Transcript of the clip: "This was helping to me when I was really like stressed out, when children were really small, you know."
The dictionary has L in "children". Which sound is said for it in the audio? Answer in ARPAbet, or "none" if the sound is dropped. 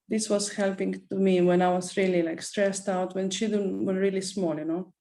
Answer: none